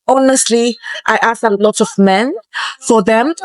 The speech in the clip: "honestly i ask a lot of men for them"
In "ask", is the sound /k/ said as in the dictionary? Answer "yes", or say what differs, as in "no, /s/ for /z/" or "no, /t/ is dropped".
no, /k/ is dropped